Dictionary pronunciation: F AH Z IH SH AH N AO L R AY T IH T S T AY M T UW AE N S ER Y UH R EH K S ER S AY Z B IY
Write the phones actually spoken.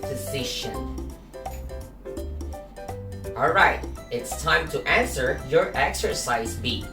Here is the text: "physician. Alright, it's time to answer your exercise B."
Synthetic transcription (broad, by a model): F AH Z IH SH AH N AO L R AY T IH T S T AY M T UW AE N S ER Y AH R EH K S ER S AY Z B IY